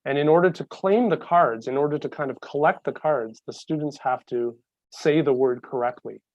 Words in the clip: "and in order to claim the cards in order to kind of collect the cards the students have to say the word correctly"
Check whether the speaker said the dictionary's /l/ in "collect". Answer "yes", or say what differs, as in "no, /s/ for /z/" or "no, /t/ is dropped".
yes